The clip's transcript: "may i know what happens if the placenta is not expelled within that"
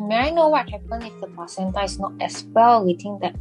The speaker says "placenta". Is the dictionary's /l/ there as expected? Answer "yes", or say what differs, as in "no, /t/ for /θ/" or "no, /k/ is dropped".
no, /l/ is dropped